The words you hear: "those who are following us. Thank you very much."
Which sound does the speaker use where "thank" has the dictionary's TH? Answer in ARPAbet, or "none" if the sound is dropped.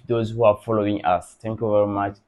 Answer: T